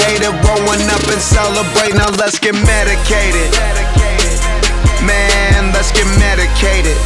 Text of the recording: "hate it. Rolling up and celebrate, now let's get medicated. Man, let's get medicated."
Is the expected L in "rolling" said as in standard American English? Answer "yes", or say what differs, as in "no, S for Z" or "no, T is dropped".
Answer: no, W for L